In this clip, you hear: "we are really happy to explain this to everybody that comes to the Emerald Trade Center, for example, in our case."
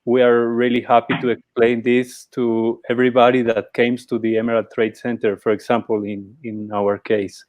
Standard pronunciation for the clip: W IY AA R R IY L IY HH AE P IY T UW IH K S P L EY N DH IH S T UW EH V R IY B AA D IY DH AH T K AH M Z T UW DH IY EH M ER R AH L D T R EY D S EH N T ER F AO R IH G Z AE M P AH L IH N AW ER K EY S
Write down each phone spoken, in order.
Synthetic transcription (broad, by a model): W IY AA R R IY L IY HH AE P IY T UW IH K S P L EY N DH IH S T UW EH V R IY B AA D IY DH AH T K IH M S T UW DH IY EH M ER R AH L T R EY D S EH N T ER F AO R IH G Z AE M P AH N IH N AW ER K EY S